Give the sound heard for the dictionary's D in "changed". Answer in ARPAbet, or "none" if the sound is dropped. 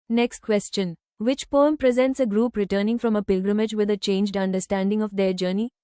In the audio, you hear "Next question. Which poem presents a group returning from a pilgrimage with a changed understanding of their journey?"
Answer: D